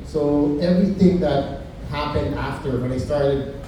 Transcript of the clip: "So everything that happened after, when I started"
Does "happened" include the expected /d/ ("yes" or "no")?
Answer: yes